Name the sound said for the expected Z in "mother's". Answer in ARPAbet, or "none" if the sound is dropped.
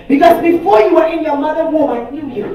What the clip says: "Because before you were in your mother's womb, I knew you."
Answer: none